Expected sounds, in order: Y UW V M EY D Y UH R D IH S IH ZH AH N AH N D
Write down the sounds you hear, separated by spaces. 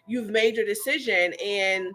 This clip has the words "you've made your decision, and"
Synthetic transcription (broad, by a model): Y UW V M EY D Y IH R D IH S IH ZH AH N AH N